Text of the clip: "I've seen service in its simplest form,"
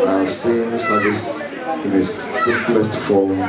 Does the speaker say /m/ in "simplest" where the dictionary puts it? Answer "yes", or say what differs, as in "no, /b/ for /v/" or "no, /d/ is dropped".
no, /m/ is dropped